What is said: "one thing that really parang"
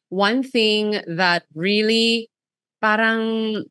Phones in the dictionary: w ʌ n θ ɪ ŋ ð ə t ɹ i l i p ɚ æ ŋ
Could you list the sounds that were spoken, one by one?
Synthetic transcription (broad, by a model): w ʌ n θ ɪ ŋ ð ə t ɹ i l i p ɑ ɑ ŋ